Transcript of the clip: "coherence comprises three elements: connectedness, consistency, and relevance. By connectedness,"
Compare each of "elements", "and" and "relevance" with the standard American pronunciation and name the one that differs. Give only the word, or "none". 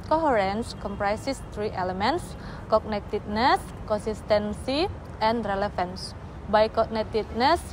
relevance